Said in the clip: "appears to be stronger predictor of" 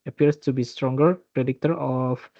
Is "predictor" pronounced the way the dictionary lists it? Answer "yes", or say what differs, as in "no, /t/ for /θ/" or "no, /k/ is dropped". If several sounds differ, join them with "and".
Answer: yes